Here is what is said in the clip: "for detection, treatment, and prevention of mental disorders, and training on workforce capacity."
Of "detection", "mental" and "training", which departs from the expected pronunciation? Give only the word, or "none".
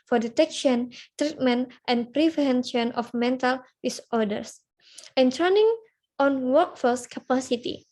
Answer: training